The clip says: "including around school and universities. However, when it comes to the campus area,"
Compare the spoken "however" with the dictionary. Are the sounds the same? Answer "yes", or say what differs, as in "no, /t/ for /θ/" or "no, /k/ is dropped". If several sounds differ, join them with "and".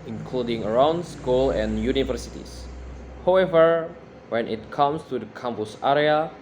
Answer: yes